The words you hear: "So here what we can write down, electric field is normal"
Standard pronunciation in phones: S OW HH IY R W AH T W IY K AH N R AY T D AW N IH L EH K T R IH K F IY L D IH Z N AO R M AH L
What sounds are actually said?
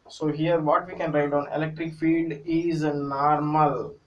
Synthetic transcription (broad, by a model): S OW HH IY R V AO T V IY K AH N R AY T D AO N IH L EH K T R IH K F IY D IH Z N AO R M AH L